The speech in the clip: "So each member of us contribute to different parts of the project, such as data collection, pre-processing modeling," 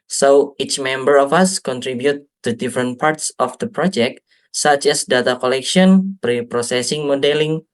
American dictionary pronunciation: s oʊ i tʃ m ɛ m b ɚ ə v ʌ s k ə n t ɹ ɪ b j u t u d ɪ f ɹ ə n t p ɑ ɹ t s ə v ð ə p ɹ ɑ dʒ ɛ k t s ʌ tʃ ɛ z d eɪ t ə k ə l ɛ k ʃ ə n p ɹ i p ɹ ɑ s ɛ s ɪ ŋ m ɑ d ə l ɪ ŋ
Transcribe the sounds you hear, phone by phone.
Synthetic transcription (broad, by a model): s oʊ i tʃ m ɛ m b ɚ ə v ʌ s k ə n t ɹ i b j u t u d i f ɹ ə n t p ɑ ɹ t s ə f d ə p ɹ ɑ dʒ ɛ k t s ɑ tʃ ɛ s d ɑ t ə k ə l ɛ k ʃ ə n p ɹ i p ɹ ɑ s ɛ s ɪ ŋ m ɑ d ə l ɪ ŋ